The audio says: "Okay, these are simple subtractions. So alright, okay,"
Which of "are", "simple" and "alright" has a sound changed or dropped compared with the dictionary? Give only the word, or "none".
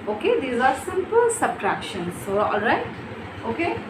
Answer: none